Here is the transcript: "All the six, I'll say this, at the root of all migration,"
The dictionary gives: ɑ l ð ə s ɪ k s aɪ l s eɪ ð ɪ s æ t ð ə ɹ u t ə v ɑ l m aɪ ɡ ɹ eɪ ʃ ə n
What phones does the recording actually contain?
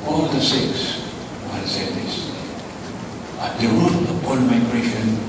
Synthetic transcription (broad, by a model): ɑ l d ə s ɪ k s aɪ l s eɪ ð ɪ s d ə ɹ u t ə p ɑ n m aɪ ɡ ɹ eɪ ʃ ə n